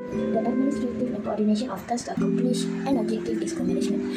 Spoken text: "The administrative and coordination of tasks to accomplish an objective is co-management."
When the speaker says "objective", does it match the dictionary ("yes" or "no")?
no